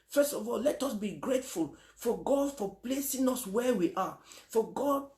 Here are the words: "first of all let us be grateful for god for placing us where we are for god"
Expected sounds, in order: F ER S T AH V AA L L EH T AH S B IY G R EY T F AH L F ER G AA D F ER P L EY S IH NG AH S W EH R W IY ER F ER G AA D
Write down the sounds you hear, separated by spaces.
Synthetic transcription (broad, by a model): F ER S T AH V AA L L EH T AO S B IY G R EY T F AH L F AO G AA D F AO P L EY S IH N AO S W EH W IY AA F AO G AA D